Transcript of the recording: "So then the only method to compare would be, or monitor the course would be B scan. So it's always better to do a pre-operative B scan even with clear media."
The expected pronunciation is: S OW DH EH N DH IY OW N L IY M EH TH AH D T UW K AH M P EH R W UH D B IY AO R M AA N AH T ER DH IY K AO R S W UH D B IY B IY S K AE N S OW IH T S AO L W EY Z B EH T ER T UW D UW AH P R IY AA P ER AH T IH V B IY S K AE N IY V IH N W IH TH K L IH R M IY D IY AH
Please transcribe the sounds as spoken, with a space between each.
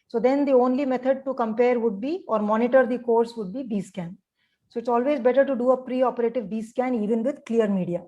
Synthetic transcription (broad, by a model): S OW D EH N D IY OW N L IY M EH T AH D T UW K AH M P EH R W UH D B IY AO R M AA N AH T ER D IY K AO R S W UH D B IY B IY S K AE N S OW IH T S AO L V EY Z B EH T ER T UW D UW AH P R IY AA P ER AH T IH V B IY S K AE N IY V IH N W IH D K L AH R M IY D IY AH